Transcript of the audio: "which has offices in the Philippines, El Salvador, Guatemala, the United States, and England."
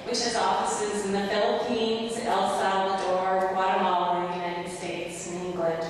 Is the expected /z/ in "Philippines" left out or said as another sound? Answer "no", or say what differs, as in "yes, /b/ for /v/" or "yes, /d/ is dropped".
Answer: no